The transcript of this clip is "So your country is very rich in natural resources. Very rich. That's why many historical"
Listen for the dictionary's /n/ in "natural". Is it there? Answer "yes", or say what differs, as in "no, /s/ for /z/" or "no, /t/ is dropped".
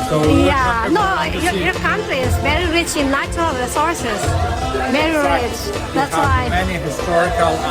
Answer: no, /l/ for /n/